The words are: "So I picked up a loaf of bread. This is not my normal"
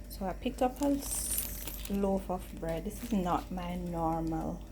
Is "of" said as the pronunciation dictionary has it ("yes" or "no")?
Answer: no